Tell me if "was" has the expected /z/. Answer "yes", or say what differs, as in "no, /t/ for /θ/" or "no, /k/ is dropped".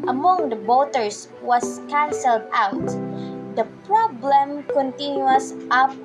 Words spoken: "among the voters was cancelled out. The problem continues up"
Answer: no, /s/ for /z/